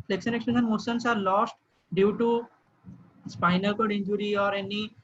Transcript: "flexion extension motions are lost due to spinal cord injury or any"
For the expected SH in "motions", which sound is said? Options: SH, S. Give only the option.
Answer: S